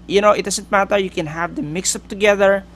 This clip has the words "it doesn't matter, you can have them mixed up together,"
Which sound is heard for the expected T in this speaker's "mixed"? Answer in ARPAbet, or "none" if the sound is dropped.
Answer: none